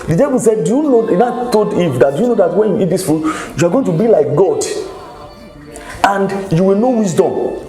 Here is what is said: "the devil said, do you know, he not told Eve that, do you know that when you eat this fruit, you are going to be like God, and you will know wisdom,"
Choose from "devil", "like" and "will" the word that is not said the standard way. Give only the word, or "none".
devil